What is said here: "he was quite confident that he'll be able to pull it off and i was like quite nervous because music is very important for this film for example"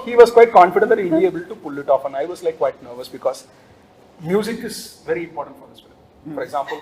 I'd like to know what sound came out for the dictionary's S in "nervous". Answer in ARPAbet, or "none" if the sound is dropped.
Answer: S